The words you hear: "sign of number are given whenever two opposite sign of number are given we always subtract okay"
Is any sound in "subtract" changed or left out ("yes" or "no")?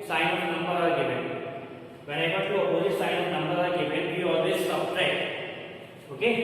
yes